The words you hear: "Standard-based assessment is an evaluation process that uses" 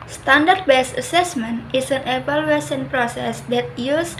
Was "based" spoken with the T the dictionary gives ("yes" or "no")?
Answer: no